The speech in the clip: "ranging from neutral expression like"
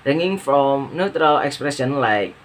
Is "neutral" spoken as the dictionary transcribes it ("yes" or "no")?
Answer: yes